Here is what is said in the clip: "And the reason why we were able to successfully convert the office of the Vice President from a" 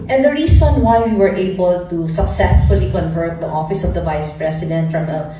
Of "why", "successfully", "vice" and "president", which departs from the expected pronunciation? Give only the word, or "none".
president